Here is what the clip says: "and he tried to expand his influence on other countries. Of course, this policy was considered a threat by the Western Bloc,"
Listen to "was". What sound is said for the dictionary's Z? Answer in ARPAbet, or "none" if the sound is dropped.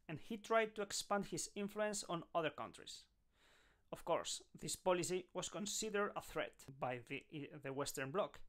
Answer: S